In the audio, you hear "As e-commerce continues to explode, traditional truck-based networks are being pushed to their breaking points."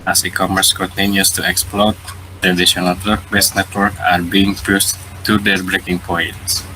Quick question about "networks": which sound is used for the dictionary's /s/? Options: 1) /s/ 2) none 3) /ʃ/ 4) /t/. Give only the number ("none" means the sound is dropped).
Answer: 2